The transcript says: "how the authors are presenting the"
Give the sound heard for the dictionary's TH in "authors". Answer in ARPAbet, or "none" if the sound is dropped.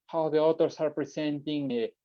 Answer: T